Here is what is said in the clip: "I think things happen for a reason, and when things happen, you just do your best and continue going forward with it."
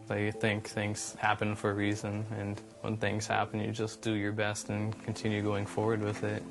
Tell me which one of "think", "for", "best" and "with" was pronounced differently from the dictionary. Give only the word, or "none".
none